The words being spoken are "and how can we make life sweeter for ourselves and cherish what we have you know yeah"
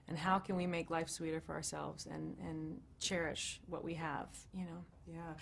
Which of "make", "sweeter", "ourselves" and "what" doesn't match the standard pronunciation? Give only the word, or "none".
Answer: none